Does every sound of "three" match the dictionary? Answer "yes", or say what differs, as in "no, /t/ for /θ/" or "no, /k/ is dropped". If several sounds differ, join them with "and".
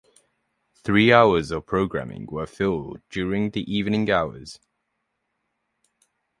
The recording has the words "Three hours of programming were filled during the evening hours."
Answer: yes